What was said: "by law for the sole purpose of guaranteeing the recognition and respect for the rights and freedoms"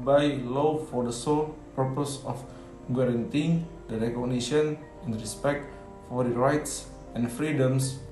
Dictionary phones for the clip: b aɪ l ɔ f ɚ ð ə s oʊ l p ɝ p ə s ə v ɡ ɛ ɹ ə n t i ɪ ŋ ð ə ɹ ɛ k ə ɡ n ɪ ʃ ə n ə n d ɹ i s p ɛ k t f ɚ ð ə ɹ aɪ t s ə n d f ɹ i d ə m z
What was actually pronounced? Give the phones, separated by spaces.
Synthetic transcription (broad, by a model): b aɪ l ɔ f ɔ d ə s oʊ l p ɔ p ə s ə f ɡ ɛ ɹ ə n t i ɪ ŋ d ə ɹ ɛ k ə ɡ n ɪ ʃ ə n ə n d ɹ i s p ɛ k t f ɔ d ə ɹ aɪ t s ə n f ɹ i d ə m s